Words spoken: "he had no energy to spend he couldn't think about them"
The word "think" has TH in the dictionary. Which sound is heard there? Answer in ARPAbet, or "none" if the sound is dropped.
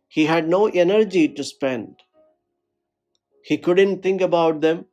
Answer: T